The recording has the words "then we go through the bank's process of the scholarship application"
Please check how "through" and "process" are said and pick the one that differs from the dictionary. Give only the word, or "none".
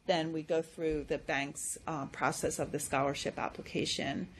none